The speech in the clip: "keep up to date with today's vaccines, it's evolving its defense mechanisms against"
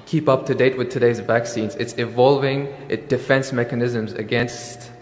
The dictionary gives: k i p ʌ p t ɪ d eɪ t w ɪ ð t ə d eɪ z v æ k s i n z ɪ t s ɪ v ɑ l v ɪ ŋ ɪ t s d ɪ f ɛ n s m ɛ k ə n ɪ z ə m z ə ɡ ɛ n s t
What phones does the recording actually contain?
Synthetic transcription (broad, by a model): k i p ʌ p t ɪ d eɪ t w ɪ ð t ə d eɪ z v æ k s i n z ɪ t s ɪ v ɑ l v ɪ ŋ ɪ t d ɪ f ɛ n s m ɛ k ə n ɪ z ə m z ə ɡ ɛ n s t